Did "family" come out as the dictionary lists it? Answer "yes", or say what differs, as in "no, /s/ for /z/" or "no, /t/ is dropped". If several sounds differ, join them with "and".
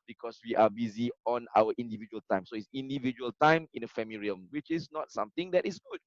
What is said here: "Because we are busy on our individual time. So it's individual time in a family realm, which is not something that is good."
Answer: no, /l/ is dropped